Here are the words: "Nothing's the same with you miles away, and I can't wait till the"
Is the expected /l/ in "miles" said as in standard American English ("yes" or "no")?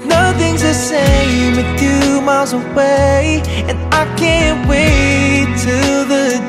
yes